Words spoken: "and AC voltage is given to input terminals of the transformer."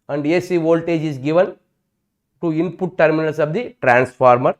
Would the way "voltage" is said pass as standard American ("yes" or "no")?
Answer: yes